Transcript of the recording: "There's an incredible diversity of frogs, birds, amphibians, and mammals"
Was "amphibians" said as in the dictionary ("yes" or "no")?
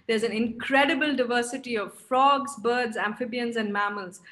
yes